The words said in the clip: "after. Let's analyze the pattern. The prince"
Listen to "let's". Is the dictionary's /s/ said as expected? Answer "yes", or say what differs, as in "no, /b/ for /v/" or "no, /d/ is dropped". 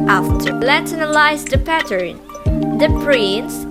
no, /s/ is dropped